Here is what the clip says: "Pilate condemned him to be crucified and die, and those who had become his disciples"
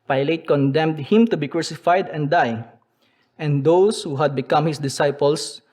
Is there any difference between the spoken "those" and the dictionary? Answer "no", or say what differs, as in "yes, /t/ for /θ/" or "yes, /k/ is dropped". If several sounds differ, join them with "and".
yes, /s/ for /z/